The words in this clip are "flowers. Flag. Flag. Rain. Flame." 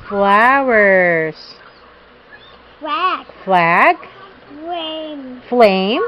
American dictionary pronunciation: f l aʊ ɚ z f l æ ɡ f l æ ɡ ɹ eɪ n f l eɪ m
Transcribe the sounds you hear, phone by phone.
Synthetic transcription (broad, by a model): f l aʊ ɚ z f l æ ɡ f l æ ɡ l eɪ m f l eɪ m